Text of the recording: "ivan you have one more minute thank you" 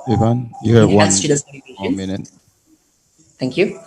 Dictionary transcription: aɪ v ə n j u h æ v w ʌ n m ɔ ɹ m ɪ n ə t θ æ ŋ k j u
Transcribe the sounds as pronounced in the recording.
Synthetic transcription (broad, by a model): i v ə n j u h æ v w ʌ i w m ɪ n ə t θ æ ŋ k j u